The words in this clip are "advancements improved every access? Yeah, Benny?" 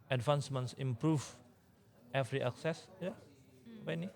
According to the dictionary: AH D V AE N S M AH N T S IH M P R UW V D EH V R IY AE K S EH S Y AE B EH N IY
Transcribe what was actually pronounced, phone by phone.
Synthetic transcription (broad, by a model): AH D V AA N S M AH N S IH M P R UW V EH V R IY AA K S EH S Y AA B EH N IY